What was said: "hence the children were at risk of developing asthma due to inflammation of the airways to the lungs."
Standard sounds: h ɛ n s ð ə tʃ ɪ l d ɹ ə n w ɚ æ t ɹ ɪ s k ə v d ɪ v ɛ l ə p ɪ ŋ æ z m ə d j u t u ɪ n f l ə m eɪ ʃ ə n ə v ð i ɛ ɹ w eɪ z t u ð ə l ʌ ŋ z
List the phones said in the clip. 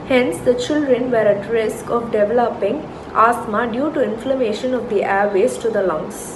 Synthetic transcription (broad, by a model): h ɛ n s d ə tʃ ɪ l d ɹ ə n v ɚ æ t ɹ ɪ s k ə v d ɪ v ɛ l ə p ɪ ŋ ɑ s m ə d j u t u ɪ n f l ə m eɪ ʃ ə n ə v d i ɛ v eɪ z t u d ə l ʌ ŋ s